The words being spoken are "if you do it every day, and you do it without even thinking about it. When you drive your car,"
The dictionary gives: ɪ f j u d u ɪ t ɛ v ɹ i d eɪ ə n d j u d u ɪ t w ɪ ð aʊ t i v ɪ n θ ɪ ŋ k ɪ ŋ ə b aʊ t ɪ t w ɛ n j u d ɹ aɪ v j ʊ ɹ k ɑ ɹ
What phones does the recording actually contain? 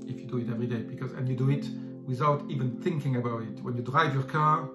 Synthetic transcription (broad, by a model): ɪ f j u d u ɪ t ɛ v ɹ i d eɪ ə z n j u d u ɪ t w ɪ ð aʊ t i v ɪ n θ ɪ ŋ k ɪ ŋ ə b aʊ t ɪ t w ɛ n j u d ɹ aɪ v j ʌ ɹ k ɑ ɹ